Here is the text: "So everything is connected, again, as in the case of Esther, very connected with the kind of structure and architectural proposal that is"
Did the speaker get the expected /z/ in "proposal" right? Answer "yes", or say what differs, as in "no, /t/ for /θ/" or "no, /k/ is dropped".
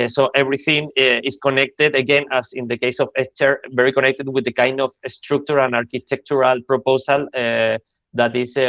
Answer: no, /s/ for /z/